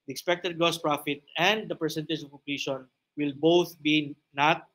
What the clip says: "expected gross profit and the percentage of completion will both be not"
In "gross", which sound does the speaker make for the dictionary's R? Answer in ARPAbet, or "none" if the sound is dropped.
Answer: none